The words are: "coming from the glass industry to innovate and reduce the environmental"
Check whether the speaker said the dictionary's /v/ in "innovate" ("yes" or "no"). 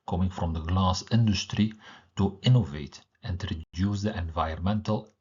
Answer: yes